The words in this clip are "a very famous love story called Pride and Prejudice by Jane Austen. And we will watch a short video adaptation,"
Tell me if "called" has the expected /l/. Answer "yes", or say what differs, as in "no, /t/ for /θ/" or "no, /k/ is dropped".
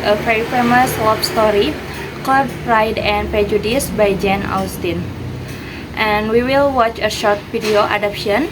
no, /l/ is dropped